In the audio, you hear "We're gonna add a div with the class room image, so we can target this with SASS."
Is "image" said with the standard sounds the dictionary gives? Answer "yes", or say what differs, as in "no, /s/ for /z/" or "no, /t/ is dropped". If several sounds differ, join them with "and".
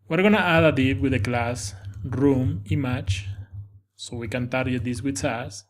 no, /tʃ/ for /dʒ/